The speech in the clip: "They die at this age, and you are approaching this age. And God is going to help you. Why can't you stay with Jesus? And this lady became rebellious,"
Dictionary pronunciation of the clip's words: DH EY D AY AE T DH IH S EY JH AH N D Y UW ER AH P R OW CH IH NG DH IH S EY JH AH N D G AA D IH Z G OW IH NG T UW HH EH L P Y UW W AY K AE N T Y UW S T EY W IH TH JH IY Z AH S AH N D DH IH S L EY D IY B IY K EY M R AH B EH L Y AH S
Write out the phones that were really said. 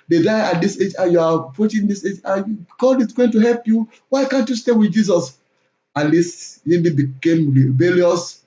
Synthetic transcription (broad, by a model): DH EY D AY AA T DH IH S EY JH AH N Y UW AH P R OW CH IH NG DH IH S EY JH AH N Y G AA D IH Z G OW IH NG T UW HH EH L P Y UW W AY K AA N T Y UW S T EY W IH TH JH IY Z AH S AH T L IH S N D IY B IY K EY M R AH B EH L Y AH S